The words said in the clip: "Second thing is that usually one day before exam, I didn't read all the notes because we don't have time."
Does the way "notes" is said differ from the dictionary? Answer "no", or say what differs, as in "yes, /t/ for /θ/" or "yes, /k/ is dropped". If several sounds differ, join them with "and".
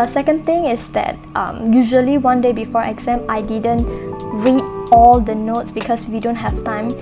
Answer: no